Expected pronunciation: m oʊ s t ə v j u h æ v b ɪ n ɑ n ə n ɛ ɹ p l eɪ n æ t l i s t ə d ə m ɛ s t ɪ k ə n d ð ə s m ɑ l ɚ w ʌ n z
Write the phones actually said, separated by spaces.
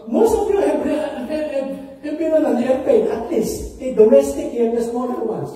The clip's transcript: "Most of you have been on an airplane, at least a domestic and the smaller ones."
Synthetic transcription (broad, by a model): m oʊ s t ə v j u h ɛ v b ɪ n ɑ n ə n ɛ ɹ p eɪ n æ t l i s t ə d ə m ɛ s t ɪ k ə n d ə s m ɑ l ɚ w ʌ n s